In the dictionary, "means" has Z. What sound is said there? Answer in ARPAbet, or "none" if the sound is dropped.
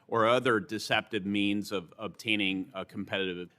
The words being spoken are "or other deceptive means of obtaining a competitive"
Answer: Z